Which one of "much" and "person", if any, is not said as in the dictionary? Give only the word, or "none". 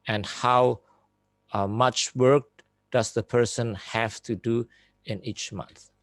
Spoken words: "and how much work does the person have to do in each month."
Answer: none